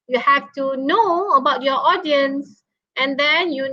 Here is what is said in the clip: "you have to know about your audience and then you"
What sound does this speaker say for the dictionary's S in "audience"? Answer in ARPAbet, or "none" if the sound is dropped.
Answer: S